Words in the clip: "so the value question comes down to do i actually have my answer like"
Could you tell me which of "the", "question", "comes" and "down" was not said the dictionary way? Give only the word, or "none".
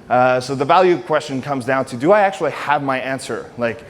none